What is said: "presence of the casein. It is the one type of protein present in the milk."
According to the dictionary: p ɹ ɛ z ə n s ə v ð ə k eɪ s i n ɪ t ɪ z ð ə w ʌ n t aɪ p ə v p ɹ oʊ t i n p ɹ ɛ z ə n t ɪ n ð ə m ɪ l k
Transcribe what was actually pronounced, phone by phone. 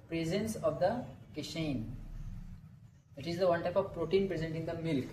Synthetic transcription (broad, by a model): p ɹ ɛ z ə n s ə v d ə k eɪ ʃ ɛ n ɪ t ɪ z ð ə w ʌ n t aɪ p ə v p ɹ oʊ t i n p ɹ ɛ z ə n t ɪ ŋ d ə m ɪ l k